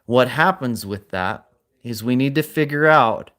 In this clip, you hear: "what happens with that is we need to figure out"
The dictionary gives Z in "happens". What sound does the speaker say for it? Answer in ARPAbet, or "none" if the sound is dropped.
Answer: Z